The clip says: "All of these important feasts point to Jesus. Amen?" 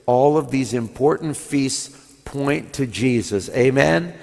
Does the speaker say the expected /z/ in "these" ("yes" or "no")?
yes